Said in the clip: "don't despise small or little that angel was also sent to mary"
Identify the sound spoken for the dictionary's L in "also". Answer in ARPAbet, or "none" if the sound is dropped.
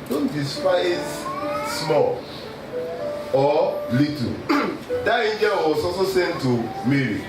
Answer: none